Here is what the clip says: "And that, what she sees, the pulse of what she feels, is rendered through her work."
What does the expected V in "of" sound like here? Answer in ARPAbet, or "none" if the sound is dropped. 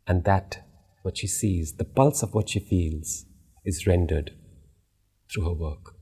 V